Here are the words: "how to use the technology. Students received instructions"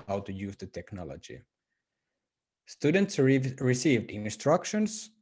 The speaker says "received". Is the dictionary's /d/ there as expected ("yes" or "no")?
yes